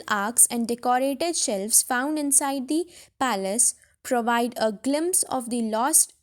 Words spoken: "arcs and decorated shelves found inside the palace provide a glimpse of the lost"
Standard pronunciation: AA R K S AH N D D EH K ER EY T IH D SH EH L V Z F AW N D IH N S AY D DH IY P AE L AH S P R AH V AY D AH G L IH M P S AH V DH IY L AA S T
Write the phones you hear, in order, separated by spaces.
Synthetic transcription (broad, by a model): AA R K S AH N D D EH K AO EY T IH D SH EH L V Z F AW N D IH N S AY D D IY P AE L AH S P R AH V AY D AH G L IH M P S AH V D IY L AA S T